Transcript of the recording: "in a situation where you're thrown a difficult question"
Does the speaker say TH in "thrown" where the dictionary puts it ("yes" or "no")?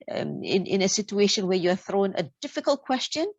yes